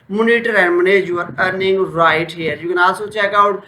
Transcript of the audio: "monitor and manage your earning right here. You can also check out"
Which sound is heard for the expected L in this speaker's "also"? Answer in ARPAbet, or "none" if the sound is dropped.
none